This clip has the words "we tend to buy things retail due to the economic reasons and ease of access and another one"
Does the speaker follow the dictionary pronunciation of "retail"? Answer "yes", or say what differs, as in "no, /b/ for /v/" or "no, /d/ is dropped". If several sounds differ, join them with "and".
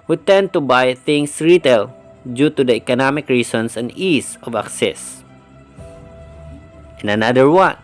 yes